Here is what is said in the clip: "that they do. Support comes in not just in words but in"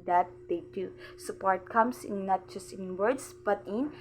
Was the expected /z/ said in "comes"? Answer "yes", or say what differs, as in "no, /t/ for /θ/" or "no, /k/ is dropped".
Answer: no, /s/ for /z/